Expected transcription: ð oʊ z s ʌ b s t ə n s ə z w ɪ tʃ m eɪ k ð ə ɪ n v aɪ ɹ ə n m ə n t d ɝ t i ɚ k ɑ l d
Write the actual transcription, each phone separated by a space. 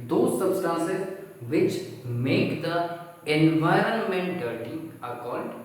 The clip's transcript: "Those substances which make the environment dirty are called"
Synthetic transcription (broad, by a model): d oʊ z s ʌ b s t ə n s ə z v ɪ tʃ m eɪ k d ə ɪ n v aɪ ɹ ə n m ə n t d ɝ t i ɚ k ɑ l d